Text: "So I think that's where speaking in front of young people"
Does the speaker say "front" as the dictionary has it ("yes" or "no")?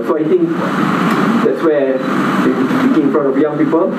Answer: no